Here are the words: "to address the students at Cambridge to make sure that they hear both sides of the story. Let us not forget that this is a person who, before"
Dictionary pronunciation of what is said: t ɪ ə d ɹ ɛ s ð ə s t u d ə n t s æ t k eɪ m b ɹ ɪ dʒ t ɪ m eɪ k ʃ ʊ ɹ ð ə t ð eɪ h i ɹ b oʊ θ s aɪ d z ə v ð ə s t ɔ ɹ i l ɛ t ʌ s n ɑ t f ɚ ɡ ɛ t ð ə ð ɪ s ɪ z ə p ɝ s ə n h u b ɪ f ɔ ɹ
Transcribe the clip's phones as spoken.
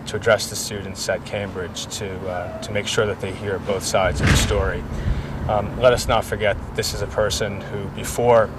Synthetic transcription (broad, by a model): t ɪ ə d ɹ ɛ s ð ə s t u d n t s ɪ t k eɪ m b ɹ ɪ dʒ t ɪ m eɪ k ʃ ʊ ɹ ð ə t ð eɪ h i ɹ b oʊ θ s aɪ d z ə v ð ə s t ɔ ɹ i l ɛ t ʌ s n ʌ t f ɚ ɡ ɛ t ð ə ð ɪ s ɪ z ə p ɝ s ə n h u b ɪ f ɔ ɹ